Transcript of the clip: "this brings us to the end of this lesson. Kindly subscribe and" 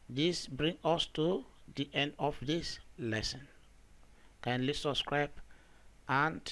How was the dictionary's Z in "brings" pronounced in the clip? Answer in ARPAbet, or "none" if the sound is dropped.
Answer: none